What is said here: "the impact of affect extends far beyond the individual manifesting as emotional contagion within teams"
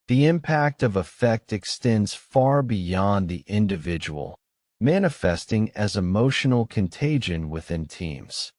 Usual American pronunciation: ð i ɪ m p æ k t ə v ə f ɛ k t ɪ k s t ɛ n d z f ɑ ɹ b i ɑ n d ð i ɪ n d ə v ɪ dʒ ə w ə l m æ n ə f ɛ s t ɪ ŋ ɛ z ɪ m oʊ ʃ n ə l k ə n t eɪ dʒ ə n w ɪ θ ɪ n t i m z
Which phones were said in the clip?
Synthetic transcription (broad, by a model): ð i ɪ m p æ k t ə v ə f ɛ k t ɪ k s t ɛ n d z f ɑ ɹ b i ɑ n ð i ɪ n d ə v ɪ dʒ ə w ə l m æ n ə f ɛ s t ɪ ŋ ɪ z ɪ m oʊ ʃ n l k ə n t eɪ dʒ ə n w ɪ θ ɪ n t i m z